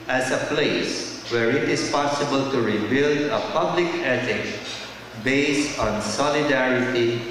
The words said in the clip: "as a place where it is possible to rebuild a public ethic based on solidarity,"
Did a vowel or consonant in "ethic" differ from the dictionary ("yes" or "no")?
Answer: yes